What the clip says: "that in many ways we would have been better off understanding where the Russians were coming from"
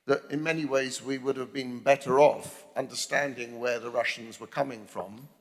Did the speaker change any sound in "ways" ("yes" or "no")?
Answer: no